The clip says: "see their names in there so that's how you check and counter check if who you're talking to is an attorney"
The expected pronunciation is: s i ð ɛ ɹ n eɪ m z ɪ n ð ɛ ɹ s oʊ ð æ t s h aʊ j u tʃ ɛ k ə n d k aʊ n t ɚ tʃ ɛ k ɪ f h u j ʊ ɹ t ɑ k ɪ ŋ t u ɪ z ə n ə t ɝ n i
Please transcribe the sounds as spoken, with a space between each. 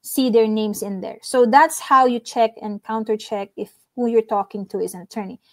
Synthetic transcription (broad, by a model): s i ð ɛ ɹ n eɪ m s ɪ n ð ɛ ɹ s oʊ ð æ t s h aʊ j u tʃ ɛ k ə n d k aʊ n t ɚ tʃ ɛ k ɪ f h u j ʊ ɹ t ɑ k ɪ ŋ t u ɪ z ə n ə t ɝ n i